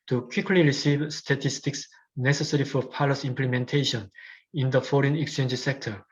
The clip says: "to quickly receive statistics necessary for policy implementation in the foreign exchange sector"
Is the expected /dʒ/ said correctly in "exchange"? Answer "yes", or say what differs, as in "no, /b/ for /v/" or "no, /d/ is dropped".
yes